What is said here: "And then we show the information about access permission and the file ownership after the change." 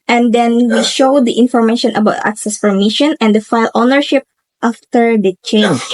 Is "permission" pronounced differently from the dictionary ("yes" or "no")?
yes